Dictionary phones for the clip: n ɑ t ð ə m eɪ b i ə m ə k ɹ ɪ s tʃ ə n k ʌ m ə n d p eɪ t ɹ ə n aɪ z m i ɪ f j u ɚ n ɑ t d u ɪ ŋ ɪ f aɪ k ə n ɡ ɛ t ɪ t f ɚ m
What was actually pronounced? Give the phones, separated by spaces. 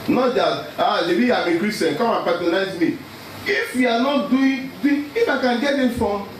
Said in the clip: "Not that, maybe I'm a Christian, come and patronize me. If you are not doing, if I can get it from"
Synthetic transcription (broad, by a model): n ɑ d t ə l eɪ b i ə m ə k ɹ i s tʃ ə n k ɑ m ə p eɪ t ə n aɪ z m i ɪ f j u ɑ n ɑ t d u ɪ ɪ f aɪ k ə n ɡ ɛ t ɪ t f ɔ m